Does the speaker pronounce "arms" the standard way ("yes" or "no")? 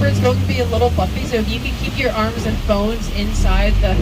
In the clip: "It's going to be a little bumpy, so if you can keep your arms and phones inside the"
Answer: yes